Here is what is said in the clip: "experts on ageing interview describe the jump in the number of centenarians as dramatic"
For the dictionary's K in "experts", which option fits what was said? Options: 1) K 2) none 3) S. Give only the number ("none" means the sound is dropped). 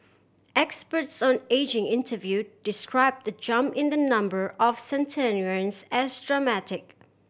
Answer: 1